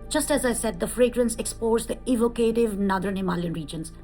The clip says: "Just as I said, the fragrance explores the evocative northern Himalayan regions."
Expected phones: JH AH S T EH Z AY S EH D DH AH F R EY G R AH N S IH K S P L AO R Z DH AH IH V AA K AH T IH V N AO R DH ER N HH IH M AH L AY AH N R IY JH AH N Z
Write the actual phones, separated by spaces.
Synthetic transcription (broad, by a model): JH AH S T EH Z AY S EH D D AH F R EY G R AH N S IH K S P AO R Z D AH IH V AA K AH T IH V N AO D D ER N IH M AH L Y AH N R IY JH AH N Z